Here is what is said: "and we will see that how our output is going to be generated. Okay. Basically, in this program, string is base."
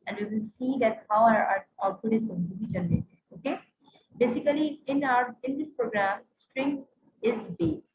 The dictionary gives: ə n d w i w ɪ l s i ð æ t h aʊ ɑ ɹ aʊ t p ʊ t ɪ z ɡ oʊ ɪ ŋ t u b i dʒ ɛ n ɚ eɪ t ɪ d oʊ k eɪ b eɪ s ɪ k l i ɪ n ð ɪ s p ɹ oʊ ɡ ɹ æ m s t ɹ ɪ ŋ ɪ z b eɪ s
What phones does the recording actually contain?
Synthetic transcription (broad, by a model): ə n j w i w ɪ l s i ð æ t h aʊ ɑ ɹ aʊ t u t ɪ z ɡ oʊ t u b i dʒ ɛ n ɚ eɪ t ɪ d oʊ k eɪ b eɪ s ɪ k l i ɪ n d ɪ s p ɹ oʊ ɡ ɹ æ m s t ɹ ɪ ŋ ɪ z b eɪ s